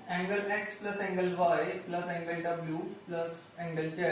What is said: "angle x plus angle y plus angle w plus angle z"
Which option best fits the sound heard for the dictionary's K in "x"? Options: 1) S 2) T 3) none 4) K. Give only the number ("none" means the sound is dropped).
4